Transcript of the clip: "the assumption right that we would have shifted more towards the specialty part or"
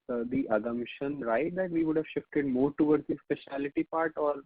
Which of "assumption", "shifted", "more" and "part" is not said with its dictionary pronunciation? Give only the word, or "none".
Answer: assumption